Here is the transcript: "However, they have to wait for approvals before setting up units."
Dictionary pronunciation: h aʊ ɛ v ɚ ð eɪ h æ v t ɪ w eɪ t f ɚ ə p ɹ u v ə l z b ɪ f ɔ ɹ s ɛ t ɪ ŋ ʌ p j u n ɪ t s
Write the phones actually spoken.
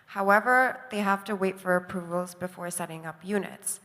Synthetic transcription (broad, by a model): h aʊ ɛ v ɚ ð eɪ h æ f t ɪ w eɪ t f ɚ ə p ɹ u v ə l z b ɪ f ɔ ɹ s ɛ t ɪ ŋ ʌ p j u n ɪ t s